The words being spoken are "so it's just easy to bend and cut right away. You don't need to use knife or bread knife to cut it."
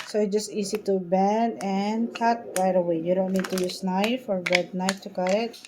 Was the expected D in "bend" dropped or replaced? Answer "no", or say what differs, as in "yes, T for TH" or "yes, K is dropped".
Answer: yes, D is dropped